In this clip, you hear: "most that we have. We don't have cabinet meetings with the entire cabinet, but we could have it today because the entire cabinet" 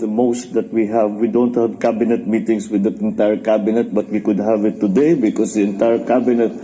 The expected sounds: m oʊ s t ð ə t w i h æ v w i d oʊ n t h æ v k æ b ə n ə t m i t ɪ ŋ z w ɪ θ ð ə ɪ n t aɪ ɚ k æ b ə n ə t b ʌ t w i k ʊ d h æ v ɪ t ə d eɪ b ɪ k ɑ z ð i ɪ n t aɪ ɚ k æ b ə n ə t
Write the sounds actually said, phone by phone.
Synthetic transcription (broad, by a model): m oʊ s t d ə t w i h æ v w i d oʊ n t h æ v k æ b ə n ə t m i t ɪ ŋ s w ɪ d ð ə ɪ n t aɪ ɚ k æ b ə n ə t b ʌ t w i k ʊ d h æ v ɪ t ə d eɪ b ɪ k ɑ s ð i ɪ n t aɪ ɚ k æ b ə n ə t